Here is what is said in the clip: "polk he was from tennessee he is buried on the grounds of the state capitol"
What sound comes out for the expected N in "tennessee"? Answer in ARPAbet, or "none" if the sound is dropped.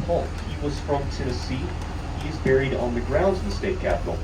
none